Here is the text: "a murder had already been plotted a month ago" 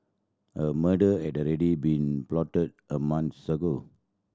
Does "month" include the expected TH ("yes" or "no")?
no